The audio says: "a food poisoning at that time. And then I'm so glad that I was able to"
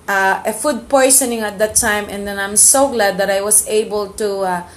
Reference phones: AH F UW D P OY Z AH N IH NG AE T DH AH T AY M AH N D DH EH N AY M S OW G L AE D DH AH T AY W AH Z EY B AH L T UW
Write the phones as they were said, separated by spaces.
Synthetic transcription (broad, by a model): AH F UW D P OY S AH N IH NG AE T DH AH T AY M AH N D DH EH N AY M S OW G L AE D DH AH T AY W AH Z EY B AH L T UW